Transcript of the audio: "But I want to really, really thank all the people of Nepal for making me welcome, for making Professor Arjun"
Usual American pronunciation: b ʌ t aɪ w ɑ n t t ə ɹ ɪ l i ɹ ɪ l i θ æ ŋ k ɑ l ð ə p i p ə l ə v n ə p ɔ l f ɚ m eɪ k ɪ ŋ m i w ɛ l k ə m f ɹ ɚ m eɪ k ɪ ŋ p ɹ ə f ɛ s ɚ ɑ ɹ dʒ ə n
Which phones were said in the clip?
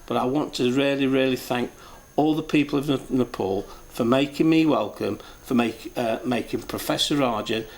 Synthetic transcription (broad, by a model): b ʌ t aɪ w ɑ n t t ə ɹ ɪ l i ɹ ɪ l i θ æ ŋ k ɑ l ð ə p i p ə l ə v n ə p ɔ l f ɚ m eɪ k ɪ ŋ m i w ɛ l k ə m f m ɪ m eɪ k ɪ ŋ p ɹ ə f ɛ s ɚ ɑ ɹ dʒ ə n